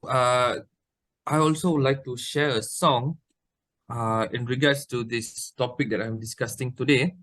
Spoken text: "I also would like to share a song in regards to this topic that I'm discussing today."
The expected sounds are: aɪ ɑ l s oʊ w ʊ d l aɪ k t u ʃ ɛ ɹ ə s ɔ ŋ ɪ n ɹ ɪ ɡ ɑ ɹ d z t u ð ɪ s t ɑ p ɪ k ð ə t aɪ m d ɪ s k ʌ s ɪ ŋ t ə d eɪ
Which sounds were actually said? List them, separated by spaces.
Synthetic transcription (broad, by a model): aɪ ɑ l s oʊ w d l aɪ k t u ʃ ɛ ɹ ə s ɔ ŋ ɪ n ɹ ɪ ɡ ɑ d s t u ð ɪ s t ɑ p ɪ k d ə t aɪ m d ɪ s k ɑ s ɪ ŋ t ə d eɪ